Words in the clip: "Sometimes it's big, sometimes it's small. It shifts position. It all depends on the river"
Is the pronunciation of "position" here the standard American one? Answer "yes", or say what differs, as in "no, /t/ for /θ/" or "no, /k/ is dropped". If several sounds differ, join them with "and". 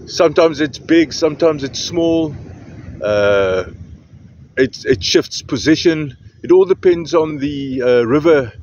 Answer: yes